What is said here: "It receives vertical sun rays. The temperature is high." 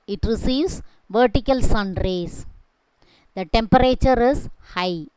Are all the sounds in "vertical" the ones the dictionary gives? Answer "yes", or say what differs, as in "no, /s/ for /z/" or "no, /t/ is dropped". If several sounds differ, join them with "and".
yes